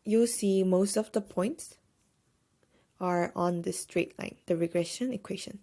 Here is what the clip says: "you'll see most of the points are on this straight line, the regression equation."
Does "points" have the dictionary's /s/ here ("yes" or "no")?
yes